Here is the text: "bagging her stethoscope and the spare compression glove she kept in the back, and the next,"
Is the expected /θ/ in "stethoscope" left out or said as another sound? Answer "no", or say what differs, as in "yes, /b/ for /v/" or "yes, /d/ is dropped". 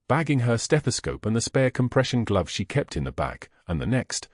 no